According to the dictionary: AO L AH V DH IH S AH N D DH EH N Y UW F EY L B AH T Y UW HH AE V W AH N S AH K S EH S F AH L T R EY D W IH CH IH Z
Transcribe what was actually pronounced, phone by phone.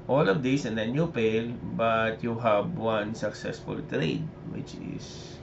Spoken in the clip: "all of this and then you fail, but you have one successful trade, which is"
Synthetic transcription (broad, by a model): AO L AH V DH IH S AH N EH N Y UW P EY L B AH T Y UW HH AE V W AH N S AH K S EH S F AH L T R EY D W IH CH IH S